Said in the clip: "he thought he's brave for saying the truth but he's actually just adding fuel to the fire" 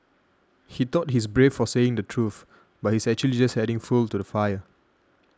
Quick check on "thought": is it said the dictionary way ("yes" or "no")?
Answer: no